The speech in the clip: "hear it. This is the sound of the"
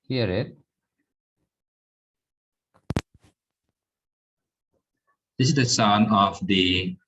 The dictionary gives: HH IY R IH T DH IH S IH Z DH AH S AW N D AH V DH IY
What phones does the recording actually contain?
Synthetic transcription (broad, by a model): HH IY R IH T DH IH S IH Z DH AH S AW N AH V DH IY